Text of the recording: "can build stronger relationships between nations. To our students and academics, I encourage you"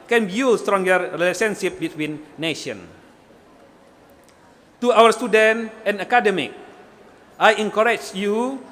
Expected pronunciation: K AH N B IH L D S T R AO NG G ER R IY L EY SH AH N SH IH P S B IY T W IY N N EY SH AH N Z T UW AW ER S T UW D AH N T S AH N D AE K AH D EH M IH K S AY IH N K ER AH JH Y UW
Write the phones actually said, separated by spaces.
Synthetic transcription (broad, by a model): K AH N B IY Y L S T R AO NG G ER R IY L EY S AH N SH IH P B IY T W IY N N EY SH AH N T UW AW ER S T UW D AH N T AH N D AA K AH D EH M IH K AY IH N K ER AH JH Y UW